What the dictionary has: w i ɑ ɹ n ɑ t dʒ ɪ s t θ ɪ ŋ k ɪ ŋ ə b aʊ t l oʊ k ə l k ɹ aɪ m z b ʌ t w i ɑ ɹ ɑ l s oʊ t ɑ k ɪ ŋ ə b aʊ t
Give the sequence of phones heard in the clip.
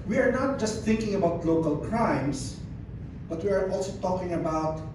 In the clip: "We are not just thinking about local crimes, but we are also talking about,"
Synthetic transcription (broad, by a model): w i ɑ ɹ n ɑ t dʒ ɪ s t θ ɪ ŋ k ɪ ŋ ə b aʊ t l oʊ k ə l k ɹ aɪ m s b ʌ t w i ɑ ɹ ɑ l s oʊ t ɑ k ɪ ŋ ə b aʊ t